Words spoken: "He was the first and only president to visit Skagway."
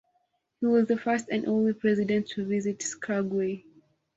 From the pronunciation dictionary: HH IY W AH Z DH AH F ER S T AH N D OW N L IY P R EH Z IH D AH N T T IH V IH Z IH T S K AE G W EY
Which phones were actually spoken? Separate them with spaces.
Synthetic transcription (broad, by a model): HH IY W AH Z DH AH F ER S T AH N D OW N L IY P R EH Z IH D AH N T T IH V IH Z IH T S K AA G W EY